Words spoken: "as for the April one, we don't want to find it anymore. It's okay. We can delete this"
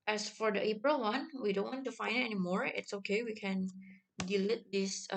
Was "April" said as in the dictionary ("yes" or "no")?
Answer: yes